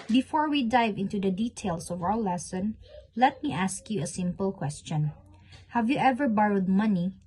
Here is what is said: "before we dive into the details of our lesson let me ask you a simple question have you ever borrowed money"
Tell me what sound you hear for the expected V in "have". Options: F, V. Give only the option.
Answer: V